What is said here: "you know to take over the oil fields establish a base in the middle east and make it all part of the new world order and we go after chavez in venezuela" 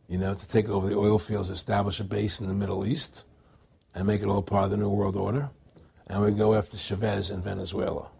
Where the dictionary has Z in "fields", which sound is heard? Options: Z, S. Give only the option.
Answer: Z